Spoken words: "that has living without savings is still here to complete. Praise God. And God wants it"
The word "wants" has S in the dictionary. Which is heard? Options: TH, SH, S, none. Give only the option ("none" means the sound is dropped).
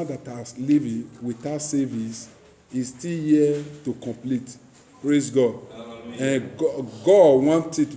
none